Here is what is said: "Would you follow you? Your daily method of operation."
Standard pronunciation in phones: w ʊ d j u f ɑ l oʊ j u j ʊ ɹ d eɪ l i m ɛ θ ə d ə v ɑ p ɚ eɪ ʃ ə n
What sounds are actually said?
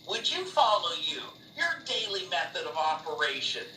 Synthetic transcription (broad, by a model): w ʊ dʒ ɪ f ɑ l oʊ j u j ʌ ɹ d eɪ l i m ɛ θ ə d ə v ɑ p ɚ eɪ ʃ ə n